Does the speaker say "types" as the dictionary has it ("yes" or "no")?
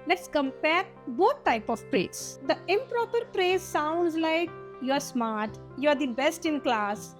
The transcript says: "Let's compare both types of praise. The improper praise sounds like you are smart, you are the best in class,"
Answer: no